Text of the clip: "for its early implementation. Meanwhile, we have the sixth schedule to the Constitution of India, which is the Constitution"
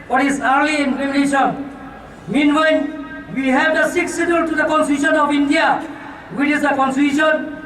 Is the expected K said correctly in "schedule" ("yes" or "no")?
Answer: no